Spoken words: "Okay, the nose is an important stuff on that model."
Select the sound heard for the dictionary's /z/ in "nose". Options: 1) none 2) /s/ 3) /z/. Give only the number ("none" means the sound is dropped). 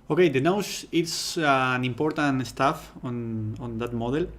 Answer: 2